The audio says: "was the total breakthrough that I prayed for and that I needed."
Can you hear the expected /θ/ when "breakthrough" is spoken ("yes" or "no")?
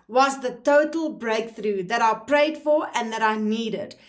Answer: yes